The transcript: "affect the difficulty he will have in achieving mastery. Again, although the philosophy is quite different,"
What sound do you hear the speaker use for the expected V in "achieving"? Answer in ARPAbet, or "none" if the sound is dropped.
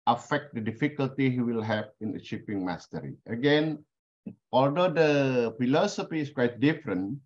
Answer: P